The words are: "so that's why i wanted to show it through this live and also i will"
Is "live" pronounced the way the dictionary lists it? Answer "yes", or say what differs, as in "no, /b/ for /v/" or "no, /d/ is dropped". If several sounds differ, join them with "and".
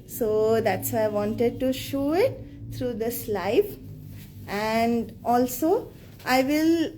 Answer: no, /f/ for /v/